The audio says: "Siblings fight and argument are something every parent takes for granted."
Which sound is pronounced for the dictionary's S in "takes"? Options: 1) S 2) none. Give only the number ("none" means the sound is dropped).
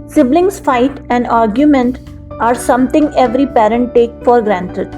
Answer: 2